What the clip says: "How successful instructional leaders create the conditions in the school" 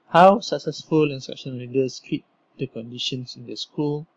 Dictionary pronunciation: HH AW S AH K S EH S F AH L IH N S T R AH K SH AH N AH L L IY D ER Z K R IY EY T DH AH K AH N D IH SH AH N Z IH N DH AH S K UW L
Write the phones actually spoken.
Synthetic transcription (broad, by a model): HH AW S AH K S EH S F AH L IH N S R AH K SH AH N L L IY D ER S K L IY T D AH K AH N D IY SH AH N S IH N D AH S K UW L